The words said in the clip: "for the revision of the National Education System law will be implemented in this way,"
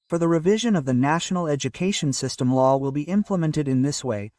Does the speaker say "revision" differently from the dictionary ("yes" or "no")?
no